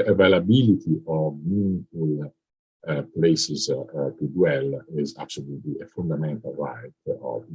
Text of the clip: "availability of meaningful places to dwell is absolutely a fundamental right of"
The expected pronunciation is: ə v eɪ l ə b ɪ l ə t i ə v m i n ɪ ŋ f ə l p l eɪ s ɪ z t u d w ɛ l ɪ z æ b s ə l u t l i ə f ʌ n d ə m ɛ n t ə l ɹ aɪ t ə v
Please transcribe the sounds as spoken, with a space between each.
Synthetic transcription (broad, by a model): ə v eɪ l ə b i l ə t i ə v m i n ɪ f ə l p l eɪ s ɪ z t u d w ɛ l ɪ z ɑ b s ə l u t l i ə f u n d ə m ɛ n t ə l ɹ aɪ t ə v